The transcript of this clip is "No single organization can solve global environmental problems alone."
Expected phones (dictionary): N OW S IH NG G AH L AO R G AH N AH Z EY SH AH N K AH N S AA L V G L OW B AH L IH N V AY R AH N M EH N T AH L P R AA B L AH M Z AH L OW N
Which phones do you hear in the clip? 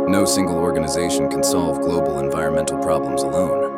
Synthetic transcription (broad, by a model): N OW S IH NG G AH L AO R G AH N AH Z EY SH N K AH N S AA L V G L OW B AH L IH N V AY R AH N M EH N T L P R AA B L AH M Z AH L OW N